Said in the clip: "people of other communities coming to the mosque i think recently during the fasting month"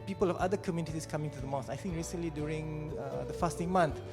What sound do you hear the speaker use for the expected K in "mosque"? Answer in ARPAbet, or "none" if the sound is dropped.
none